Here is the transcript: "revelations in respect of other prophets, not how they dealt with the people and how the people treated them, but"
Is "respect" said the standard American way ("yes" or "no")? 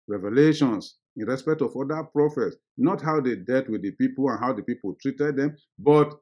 yes